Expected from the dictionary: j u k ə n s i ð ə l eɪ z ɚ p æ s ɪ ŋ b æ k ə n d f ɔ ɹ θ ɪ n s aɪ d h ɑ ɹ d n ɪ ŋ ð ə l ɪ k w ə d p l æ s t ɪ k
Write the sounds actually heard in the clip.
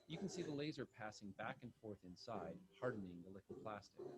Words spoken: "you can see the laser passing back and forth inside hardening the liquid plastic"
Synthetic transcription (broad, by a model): j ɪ k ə n s i ð ə l eɪ z ɚ p æ s ɪ ŋ b æ k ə n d f ɔ ɹ θ ɪ n s aɪ d h ɑ ɹ d n ɪ ŋ ð ə l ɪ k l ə p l æ s t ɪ k